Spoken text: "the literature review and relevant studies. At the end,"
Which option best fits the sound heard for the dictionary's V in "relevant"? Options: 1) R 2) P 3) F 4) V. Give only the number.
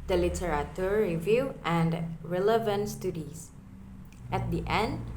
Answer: 4